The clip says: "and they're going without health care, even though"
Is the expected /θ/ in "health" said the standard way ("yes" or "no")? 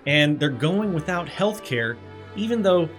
yes